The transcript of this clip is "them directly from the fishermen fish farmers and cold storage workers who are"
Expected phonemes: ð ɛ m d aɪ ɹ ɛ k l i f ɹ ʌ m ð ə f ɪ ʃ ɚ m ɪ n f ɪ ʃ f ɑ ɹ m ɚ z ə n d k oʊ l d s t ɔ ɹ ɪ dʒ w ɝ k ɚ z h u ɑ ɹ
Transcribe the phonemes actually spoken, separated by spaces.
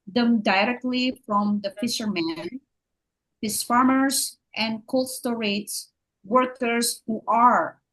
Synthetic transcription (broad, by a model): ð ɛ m d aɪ ɹ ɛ k l i f ɹ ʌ m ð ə f ɪ ʃ ɚ m ɪ n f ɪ s f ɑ ɹ m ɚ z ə n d k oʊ l s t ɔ ɹ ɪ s w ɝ k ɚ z h u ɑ ɹ